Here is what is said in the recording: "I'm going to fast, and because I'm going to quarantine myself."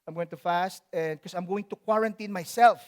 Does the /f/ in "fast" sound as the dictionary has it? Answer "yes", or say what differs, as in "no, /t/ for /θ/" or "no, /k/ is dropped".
yes